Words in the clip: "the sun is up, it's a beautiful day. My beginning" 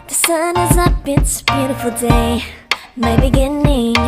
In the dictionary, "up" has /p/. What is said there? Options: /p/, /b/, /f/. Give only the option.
/b/